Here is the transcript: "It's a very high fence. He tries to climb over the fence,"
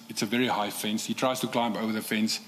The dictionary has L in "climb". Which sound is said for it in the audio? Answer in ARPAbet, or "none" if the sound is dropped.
L